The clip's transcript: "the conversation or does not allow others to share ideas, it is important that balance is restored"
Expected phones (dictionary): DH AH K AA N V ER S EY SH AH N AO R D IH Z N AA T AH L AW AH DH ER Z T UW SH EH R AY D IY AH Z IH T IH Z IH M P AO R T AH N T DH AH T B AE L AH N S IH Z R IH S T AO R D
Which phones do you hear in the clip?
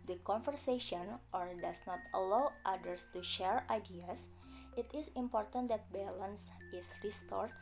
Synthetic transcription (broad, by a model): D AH K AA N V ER S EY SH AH N AO R D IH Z N AA T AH L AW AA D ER S T UW SH EH R AY D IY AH S IH T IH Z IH M P AO R T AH N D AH T B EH L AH N S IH S R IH S T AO R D